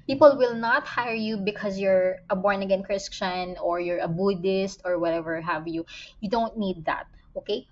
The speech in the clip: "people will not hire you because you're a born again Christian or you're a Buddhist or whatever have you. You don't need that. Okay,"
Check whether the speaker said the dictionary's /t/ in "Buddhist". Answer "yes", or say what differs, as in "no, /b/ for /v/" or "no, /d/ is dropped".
yes